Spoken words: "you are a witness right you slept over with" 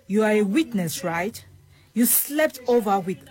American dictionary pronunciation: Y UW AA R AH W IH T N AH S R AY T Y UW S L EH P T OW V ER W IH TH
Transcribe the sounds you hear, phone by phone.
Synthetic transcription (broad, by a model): Y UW AA R AH W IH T N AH S R AY T Y UW S L EH P T OW V ER W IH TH